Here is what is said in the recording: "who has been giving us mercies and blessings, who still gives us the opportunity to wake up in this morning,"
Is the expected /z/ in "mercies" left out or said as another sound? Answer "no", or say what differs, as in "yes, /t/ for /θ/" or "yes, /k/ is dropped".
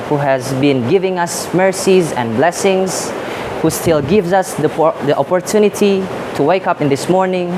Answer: no